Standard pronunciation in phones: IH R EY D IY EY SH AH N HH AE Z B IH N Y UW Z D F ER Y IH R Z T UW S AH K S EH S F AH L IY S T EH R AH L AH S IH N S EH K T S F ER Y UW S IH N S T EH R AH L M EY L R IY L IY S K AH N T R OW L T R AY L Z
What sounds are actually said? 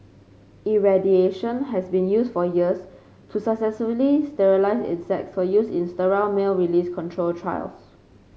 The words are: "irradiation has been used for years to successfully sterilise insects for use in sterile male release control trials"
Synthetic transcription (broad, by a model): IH R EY D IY EY SH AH N HH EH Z B IH N Y UW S F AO Y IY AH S T UW S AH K S EH S AH L IY S T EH R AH L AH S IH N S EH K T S F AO Y UW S IH N S T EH R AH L M EY L R IY L IY S K AH N T R OW L T R AY L S